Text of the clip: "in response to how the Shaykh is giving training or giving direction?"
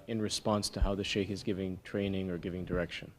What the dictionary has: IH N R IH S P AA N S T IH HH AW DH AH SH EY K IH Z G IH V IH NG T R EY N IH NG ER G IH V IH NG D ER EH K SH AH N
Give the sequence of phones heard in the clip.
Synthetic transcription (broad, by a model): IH N R IH S P AA N S T IH HH AW DH AH SH EY K IH Z G IH V IH NG T R EY N IH NG ER G IH V IH NG D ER EH K SH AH N